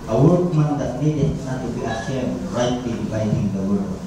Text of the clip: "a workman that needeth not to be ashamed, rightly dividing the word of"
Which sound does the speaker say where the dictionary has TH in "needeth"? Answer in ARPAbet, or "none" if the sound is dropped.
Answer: S